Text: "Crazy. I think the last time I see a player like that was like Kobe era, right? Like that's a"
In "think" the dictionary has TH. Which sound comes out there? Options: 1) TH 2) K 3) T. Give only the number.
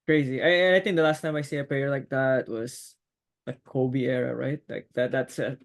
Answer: 1